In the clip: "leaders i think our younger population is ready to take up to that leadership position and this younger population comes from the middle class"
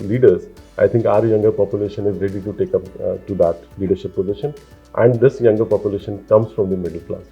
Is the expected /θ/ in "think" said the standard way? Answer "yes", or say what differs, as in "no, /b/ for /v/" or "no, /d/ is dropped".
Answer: no, /t/ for /θ/